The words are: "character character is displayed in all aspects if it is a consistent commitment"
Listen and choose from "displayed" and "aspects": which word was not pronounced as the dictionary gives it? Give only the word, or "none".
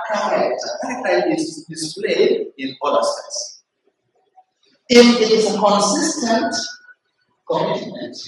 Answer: aspects